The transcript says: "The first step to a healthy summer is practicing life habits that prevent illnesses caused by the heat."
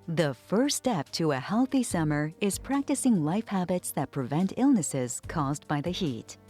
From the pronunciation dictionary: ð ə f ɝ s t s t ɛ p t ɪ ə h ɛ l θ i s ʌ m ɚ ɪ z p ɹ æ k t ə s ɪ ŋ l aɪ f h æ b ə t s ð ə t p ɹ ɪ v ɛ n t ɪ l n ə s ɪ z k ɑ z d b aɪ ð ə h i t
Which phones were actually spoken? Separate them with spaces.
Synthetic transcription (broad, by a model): ð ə f ɝ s s t ɛ p t ɪ ə h ɛ l θ i s ʌ m ɚ ɪ z p ɹ æ k t ə s ɪ ŋ l aɪ f h æ b ə t s ð ə t p ɹ ɪ v ɛ n t ɪ l n ə s ɪ z k ɑ z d b aɪ ð ə h i t